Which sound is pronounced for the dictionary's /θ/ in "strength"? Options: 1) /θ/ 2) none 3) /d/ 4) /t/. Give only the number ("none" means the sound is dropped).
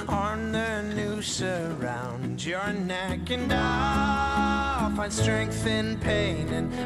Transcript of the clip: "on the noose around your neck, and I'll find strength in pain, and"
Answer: 1